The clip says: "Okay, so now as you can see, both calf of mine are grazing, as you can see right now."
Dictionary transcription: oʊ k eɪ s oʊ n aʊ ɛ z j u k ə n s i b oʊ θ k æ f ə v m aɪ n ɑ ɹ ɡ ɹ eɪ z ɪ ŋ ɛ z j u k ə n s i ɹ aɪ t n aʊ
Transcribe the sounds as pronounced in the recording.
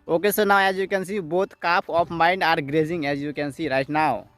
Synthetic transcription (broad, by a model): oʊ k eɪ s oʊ n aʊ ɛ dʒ j u k ə n s i b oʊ t k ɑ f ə p m aɪ n ɑ ɹ ɡ ɹ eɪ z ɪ ŋ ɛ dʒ j u k ə n s i ɹ aɪ t n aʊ